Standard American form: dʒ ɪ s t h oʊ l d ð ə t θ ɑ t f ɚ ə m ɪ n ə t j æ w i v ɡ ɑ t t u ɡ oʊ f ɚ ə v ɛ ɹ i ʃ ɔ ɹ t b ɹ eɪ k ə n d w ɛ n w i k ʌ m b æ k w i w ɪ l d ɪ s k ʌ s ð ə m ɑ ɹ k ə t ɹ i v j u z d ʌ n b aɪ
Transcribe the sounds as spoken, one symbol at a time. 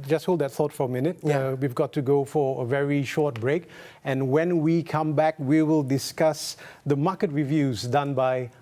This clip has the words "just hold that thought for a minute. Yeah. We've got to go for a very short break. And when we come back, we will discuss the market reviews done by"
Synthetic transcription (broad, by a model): dʒ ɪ s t h oʊ l d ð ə t θ ɑ t f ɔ ə m ɪ n ə t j w i v ɡ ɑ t t u ɡ oʊ f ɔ ə v ɛ ɹ i ʃ ɔ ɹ t b ɹ eɪ k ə n w ɛ n w i k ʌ m b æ k w i w ɪ l d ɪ s k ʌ s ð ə m ɑ k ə t ɹ i v j u z d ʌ n b aɪ